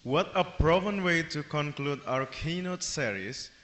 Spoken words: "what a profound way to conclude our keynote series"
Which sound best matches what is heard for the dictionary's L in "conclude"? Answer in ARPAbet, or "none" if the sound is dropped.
L